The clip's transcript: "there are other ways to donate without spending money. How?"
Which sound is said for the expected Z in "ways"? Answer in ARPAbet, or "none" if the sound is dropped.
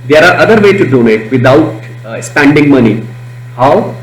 none